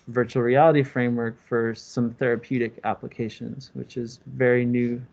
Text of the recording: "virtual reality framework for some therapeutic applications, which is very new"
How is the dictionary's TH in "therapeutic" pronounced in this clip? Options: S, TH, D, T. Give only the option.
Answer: TH